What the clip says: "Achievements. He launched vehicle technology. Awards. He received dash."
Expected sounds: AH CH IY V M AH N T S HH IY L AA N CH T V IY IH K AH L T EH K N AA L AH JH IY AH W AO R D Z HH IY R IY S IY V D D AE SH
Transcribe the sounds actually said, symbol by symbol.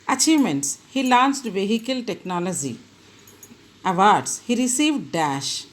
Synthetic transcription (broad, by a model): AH CH IY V M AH N T S HH IY L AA N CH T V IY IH K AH L T EH K N AA L AH JH IY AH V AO R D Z HH IY R IY S IY V D D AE SH